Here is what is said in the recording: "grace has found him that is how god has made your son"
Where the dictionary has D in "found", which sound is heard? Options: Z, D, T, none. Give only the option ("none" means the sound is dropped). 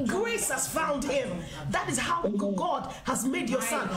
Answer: D